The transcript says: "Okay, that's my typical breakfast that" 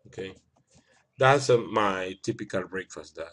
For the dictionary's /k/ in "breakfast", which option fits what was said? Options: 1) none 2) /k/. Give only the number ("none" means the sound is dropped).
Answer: 2